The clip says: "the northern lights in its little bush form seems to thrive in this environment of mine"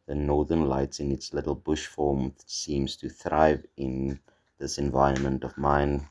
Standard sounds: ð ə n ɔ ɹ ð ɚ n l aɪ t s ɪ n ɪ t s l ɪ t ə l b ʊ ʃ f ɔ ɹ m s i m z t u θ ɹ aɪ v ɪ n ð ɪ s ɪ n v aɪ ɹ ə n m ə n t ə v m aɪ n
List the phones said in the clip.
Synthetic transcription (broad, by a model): ð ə n ɔ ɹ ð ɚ n l aɪ t s ɪ n ɪ t s l ɪ t l b ʊ ʃ f ɔ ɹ m s i m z t u θ ɹ aɪ v ɪ n ð ɪ s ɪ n v aɪ ɹ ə n m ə n t ə v m aɪ n